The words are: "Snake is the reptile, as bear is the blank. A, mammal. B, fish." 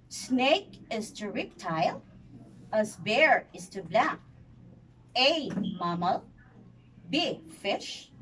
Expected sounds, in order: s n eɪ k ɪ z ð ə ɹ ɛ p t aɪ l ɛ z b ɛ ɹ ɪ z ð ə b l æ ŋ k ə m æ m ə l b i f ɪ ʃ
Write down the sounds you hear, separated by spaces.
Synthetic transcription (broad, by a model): s n eɪ k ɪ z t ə ɹ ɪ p t aɪ l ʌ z b ɛ ɹ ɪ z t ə b l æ k ə m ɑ m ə l b i f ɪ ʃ